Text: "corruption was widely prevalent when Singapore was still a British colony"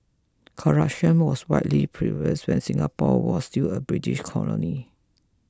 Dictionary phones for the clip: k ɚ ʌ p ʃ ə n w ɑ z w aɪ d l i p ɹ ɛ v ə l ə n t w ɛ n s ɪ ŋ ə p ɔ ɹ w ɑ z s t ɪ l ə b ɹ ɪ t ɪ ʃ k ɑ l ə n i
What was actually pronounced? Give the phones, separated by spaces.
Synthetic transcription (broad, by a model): k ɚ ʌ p ʃ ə n w ɑ s w aɪ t l i p ɹ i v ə ə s w ɛ n s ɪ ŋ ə p ɔ w ɑ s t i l ə b ɹ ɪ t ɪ ʃ k ɑ l ə n i